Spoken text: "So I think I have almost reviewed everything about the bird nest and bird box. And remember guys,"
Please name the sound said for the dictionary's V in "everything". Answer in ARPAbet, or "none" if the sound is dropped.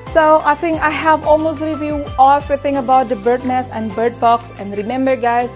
none